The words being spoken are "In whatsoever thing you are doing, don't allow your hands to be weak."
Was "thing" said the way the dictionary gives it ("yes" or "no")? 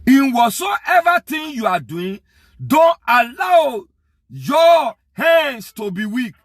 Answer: no